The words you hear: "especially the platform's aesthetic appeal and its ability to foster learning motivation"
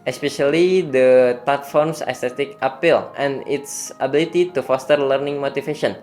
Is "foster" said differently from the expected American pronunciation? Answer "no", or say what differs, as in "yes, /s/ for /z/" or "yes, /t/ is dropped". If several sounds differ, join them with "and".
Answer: no